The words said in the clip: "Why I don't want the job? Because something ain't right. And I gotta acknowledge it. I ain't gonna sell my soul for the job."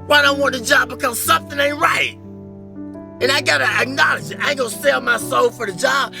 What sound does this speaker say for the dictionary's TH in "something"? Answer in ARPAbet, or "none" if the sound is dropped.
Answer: TH